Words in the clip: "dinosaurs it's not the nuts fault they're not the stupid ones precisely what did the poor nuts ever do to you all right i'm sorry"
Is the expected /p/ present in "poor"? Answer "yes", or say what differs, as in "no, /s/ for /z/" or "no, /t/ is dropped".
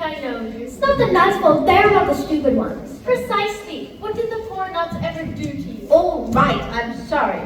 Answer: no, /f/ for /p/